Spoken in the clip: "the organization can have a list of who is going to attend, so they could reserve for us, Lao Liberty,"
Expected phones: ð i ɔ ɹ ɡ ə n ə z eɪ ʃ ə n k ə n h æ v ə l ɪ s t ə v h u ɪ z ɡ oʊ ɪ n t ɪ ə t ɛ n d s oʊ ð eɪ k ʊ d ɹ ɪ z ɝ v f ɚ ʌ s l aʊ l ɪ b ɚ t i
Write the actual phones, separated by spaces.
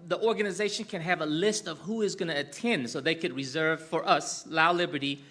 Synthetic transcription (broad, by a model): ð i ɔ ɹ ɡ ə n ə z eɪ ʃ ə n k ə n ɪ v ə l ɪ s t ə v h u ɪ z ɡ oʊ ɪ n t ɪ t ɛ n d s oʊ ð eɪ k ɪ d ɹ ɪ z ɝ v f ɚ ʌ s l aʊ l ɪ b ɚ t i